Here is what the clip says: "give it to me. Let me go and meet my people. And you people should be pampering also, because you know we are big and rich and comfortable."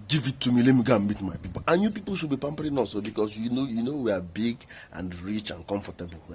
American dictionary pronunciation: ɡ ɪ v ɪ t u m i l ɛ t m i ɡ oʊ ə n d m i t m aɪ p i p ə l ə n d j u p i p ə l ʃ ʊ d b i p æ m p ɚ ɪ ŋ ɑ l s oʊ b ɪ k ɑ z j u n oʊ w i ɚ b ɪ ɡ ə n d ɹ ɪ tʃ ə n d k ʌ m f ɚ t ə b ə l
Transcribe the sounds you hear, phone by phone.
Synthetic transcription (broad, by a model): ɡ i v ɪ t u m i l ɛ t m i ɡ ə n m i t m aɪ p i p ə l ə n j u p i p ə l ʃ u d b i p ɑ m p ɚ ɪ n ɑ s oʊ b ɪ k ɑ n j u n oʊ w i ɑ b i ɡ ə n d ɹ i tʃ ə n k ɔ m f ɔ t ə b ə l